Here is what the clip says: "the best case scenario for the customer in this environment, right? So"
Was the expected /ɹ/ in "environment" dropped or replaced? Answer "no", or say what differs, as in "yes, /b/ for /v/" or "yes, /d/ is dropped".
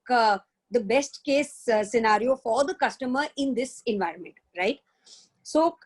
no